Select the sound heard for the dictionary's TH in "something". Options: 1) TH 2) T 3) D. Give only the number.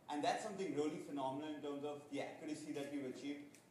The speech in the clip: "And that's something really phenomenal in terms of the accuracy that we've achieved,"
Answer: 2